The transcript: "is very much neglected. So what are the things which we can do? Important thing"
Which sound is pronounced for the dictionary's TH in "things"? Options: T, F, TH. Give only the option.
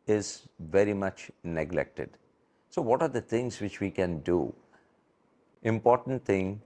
T